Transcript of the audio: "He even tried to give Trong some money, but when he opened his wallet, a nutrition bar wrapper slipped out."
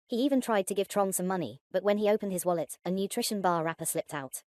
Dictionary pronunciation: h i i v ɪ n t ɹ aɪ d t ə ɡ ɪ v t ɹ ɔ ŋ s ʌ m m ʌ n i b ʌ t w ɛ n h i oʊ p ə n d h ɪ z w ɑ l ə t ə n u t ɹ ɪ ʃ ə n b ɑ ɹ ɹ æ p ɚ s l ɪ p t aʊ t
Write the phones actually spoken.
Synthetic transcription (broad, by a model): h i i v ɪ n t ɹ aɪ d t ə ɡ ɪ v t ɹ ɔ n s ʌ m m ʌ n i b ʌ t w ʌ n i oʊ p ə n d ɪ z w ɑ l ə t ə n u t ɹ ɪ ʃ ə n b ɑ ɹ ɹ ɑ p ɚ s l ɪ p t aʊ t